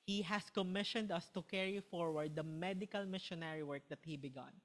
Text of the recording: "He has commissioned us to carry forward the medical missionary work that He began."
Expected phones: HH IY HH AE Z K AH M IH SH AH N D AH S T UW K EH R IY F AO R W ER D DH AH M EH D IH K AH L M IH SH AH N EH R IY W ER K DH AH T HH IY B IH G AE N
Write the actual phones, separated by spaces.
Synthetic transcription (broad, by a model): HH IY HH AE S K AH M IH SH AH N D AH S T UW K EH R IY F AO R W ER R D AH M EH D IH K AH L M IH SH AH N EH R IY W ER K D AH T HH IY B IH G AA N